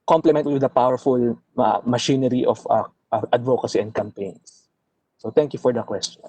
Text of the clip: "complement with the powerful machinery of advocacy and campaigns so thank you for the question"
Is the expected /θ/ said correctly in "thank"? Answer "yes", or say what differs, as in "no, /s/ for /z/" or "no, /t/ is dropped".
no, /t/ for /θ/